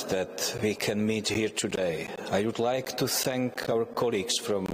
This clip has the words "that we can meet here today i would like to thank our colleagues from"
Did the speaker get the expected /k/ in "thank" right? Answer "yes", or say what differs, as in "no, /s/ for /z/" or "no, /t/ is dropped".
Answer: yes